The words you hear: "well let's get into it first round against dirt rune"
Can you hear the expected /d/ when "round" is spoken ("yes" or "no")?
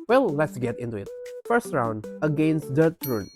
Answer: yes